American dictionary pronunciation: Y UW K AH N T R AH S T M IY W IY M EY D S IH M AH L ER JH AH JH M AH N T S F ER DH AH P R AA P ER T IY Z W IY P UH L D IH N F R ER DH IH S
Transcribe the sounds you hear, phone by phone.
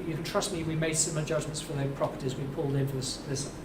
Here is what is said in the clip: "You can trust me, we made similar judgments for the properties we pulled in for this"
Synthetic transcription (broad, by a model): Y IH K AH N T R AH S T M IY W IY M EY D S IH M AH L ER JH AH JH M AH N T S F ER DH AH P R AA P ER T IY Z W IY P UH L D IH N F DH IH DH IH S